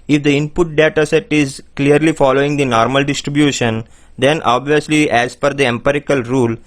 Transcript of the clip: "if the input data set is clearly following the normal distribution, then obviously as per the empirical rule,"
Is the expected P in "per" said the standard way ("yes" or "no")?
no